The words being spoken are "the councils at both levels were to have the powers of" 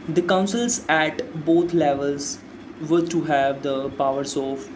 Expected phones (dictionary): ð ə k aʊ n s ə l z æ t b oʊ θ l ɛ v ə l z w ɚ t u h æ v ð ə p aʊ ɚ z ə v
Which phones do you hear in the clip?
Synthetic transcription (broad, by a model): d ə k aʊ n s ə l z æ t b oʊ t l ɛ v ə l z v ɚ t u h æ v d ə p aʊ ɚ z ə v